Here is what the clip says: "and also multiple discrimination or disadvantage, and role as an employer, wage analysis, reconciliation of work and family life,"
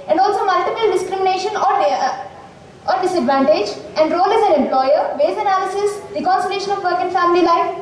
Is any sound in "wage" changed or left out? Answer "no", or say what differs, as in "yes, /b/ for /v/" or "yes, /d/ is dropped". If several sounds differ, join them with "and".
yes, /z/ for /dʒ/